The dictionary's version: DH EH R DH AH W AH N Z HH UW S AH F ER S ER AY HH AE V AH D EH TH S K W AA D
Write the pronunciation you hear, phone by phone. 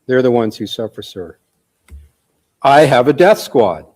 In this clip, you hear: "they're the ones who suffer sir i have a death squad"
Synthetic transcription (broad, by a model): DH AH R DH AH W AH N Z HH UW S AH F ER S ER AY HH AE V AH D EH TH S K W AA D